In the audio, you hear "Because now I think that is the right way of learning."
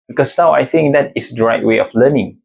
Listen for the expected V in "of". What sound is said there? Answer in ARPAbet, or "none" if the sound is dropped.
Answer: F